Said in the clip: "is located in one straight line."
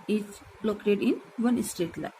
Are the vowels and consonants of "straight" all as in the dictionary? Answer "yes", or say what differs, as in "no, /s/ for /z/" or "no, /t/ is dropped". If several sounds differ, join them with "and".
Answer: no, /ɹ/ is dropped